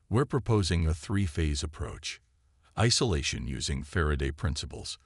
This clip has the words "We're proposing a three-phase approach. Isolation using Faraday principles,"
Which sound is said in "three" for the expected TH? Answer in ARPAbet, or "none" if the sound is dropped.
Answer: TH